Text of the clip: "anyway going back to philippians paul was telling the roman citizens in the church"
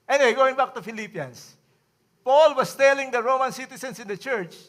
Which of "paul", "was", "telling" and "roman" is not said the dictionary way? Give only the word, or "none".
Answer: was